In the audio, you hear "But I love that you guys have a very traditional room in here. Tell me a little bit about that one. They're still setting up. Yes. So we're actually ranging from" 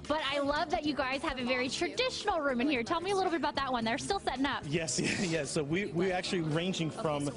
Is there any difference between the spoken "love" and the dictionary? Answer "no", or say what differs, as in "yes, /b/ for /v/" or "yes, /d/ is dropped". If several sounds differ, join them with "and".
no